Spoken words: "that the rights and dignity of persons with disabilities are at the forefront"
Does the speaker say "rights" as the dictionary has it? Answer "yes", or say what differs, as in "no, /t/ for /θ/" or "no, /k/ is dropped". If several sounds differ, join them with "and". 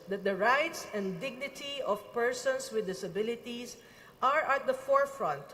yes